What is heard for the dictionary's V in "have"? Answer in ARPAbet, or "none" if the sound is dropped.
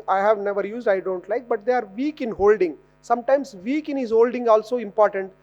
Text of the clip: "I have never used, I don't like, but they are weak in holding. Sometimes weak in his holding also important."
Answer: V